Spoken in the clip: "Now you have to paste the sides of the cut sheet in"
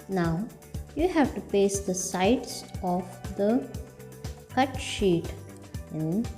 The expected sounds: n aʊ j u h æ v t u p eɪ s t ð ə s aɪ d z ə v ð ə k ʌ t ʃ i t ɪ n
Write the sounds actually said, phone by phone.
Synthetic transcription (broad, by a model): n aʊ j u h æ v t u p eɪ s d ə s aɪ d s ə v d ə k ʌ t ʃ i t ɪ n